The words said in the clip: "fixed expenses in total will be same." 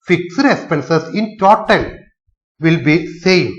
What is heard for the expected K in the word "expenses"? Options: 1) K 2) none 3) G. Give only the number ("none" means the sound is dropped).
2